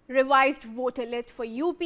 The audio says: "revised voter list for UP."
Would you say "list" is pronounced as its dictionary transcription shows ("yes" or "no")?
yes